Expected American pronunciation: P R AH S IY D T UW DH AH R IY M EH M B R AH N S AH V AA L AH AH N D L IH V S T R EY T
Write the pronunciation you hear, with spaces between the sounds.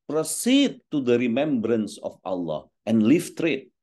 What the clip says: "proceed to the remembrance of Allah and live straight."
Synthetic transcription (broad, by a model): P R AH S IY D T UW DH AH R IY M EH M B R AH N S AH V AA L AH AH N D L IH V T R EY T